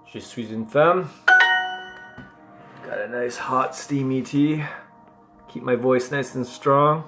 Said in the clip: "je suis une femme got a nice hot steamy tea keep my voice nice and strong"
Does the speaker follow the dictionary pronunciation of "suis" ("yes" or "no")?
yes